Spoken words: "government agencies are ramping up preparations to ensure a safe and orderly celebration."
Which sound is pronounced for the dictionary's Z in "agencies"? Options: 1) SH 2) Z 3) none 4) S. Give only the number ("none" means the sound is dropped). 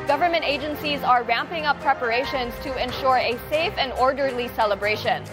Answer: 2